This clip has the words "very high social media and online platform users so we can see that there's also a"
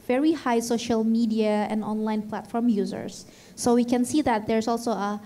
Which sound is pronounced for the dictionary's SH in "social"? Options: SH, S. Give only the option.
SH